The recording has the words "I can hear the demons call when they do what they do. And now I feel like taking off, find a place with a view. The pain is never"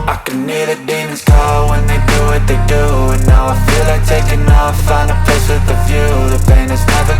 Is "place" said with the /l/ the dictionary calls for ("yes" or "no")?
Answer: no